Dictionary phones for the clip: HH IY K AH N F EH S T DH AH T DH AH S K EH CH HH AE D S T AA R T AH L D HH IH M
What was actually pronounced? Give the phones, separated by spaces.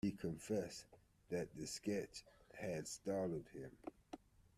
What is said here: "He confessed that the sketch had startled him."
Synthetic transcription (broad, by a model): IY K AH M F EH S DH AH T DH AH S K EH CH HH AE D S T AA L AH D HH IH M